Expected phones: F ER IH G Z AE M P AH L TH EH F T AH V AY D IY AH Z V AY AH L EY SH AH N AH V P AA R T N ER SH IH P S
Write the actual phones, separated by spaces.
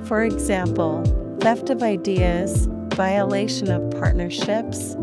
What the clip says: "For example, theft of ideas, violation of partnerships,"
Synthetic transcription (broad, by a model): F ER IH G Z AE M P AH L F EH F T AH V AY D IY AH Z V AY AH L EY SH AH N AH V P AA R T N ER SH IH P S